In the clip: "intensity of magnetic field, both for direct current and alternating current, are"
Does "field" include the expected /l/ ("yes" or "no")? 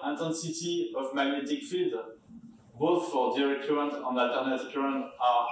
no